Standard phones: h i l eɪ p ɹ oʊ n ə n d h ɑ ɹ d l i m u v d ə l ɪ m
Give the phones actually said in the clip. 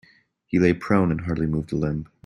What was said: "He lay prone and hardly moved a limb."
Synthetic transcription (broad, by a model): h i l eɪ p ɹ oʊ n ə n h ɑ ɹ d l i m u v d ə l ɪ m